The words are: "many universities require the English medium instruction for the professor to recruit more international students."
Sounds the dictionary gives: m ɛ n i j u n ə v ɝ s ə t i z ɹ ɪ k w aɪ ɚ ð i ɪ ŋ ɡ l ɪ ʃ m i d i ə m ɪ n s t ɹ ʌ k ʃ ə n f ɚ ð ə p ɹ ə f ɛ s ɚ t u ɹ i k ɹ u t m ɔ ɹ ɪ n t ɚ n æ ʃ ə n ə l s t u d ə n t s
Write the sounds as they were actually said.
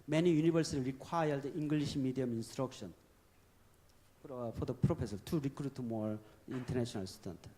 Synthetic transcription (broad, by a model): m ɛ n i j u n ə b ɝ s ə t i ɹ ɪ k w aɪ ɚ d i ŋ ɡ l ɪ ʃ m i d i ə m ɪ n s t ɹ ʌ k ʃ ə n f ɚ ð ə p ɹ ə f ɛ s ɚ t u ɹ i k ɹ u t m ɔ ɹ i n t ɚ n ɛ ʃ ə n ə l s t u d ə n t